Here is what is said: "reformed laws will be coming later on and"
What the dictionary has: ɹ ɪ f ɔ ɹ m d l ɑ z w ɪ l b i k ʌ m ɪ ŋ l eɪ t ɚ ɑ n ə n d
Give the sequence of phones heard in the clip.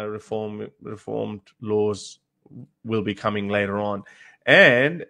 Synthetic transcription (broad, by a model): ɹ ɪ f ɔ ɹ m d l ɑ z w ɪ l b i k ʌ m ɪ ŋ l eɪ t ɚ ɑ n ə n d